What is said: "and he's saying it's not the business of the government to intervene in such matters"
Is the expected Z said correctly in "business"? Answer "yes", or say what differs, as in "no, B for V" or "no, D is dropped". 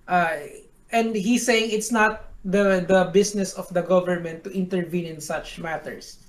no, S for Z